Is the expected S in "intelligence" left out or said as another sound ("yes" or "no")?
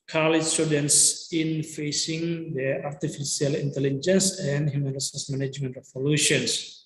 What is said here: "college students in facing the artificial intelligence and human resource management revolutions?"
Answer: no